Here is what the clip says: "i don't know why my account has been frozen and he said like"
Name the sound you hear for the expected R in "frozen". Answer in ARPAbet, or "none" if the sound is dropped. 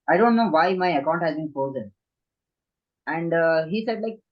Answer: none